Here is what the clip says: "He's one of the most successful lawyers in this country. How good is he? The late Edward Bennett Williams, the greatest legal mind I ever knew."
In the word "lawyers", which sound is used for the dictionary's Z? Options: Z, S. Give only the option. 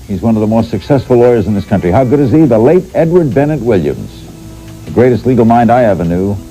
Z